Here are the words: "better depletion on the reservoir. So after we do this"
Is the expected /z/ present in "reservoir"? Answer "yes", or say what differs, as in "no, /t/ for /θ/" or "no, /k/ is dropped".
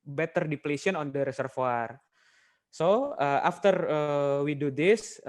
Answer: no, /s/ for /z/